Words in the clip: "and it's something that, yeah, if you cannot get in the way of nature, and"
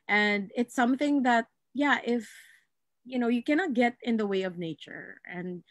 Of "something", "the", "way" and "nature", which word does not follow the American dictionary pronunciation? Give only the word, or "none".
none